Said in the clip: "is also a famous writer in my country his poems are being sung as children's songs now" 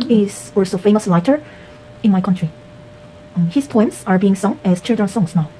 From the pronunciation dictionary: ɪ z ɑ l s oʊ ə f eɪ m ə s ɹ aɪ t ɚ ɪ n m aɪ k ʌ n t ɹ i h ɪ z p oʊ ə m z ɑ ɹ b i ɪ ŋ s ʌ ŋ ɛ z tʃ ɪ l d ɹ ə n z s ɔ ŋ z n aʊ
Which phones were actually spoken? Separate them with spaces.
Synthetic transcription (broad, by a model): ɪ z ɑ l s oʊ f eɪ m ə s l aɪ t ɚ ɪ n m aɪ k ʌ n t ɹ i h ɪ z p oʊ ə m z ɑ ɹ b i ɪ ŋ s ʌ ŋ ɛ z tʃ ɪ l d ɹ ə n s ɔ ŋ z n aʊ